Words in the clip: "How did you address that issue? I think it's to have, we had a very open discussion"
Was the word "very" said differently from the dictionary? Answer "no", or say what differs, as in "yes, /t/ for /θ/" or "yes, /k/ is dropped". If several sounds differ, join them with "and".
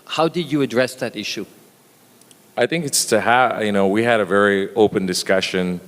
no